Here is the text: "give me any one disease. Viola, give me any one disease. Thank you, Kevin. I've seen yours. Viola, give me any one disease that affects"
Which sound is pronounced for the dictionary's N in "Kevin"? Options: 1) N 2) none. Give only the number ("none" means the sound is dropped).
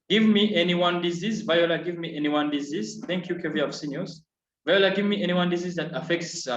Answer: 2